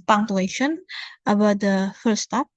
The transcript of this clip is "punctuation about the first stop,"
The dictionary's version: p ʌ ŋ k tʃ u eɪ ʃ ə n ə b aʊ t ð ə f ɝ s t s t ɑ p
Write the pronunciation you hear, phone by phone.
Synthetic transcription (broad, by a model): p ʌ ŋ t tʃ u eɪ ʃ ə n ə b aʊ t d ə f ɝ t s t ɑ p